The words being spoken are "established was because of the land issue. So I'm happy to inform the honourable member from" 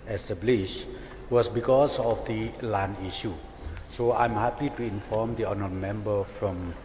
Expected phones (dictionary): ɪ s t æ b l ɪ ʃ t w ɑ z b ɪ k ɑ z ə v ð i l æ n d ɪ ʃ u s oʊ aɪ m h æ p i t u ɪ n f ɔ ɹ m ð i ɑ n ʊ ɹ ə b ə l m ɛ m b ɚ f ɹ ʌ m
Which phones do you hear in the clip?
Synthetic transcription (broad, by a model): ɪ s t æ b l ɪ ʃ w ɑ s b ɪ k ɑ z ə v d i l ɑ n i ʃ u s oʊ aɪ m h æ p i t u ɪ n f ɔ m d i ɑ n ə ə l m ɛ m b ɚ f ɹ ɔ m